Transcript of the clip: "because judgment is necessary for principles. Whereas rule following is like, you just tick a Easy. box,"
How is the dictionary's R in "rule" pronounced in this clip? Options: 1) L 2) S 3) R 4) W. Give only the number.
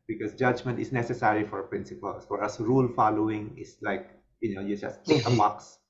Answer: 3